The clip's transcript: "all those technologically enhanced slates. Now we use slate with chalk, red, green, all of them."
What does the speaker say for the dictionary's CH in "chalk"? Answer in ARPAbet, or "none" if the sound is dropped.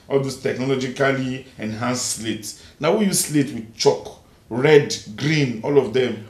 CH